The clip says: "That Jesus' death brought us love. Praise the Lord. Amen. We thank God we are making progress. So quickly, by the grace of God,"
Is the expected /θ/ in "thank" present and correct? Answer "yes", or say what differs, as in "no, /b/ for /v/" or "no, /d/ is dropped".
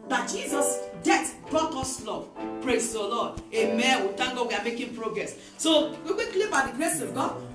no, /t/ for /θ/